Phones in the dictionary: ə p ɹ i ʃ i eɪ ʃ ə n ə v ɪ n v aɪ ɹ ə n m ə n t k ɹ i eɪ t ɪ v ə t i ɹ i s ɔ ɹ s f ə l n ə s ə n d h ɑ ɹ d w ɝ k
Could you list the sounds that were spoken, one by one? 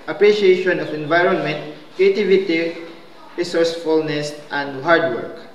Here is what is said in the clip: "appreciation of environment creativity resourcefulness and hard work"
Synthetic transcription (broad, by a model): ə p ɹ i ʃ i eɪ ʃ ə n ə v ɪ n v aɪ ɹ ə n m ə n t k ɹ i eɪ t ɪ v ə t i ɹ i s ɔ ɹ s f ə l n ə s ə n d h ɑ ɹ d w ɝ k